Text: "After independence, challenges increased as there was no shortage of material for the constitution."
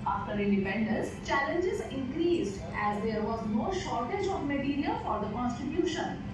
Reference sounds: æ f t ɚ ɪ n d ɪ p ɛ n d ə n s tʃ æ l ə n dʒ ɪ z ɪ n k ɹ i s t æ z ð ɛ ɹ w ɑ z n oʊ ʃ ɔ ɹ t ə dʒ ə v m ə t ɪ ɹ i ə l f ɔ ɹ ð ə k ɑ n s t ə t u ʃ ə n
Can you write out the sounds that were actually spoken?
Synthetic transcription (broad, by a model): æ f t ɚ ɪ n d ɪ p ɛ n d ə n s tʃ æ l ə n dʒ ɪ z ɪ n k ɹ i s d æ z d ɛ ɹ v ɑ z n oʊ ʃ ɔ ɹ t ə dʒ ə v m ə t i ɹ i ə l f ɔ ɹ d ə k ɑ n s t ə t u ʃ ə n